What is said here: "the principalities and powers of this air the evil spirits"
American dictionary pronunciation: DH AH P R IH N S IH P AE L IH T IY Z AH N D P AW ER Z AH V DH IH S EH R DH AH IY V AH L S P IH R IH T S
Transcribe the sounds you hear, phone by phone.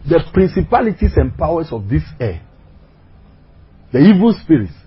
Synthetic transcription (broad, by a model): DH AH P R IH N S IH P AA L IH T IY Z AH N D P AW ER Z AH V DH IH S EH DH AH IY V AH L S P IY R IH T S